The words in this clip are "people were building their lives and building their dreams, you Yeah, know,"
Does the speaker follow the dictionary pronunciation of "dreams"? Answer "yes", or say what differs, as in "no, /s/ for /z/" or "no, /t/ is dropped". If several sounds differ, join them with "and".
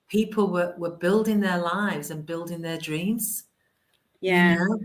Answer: yes